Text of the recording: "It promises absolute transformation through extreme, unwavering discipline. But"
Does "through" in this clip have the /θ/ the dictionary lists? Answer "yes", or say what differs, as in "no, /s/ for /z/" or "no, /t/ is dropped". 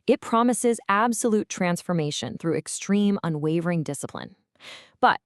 yes